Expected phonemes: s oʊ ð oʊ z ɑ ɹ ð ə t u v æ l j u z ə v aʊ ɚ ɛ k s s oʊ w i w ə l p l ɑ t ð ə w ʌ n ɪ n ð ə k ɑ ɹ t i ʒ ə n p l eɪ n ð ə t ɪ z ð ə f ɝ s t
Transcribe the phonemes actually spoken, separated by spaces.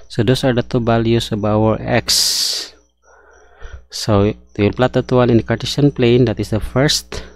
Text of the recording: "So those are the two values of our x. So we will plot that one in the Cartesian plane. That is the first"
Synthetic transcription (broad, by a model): s oʊ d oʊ s ɑ ɹ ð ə t u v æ l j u s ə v aʊ ɚ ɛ k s s oʊ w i w ə l p l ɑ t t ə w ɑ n ɪ n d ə k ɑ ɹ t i ʃ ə n p l eɪ n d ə t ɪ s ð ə f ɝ s t